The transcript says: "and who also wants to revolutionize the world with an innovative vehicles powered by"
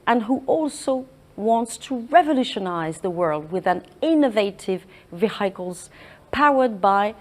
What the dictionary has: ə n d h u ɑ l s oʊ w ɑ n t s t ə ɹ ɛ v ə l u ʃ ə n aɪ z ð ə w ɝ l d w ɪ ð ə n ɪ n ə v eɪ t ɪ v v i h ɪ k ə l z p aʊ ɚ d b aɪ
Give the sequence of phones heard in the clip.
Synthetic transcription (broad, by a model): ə n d h u ɑ l s oʊ w ɑ n t s t ə ɹ ɛ v ə l u ʃ ə n aɪ z ð ə w ɝ l d w ɪ ð ə n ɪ n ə v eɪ t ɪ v v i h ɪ k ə l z p aʊ ɚ d b aɪ